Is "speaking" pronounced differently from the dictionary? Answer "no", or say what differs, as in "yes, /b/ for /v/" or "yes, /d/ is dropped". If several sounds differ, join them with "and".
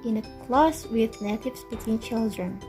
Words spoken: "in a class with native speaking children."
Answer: yes, /b/ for /p/